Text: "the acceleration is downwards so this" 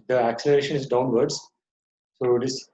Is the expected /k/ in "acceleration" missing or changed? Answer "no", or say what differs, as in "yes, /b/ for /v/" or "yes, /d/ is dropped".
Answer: no